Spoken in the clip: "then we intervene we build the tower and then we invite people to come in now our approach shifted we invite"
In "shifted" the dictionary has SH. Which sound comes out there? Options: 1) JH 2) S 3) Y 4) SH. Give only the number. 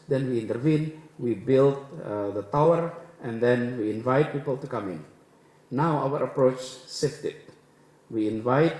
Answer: 2